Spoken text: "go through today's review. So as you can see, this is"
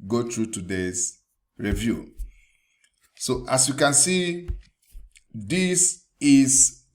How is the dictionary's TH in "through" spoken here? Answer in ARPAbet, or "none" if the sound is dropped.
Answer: T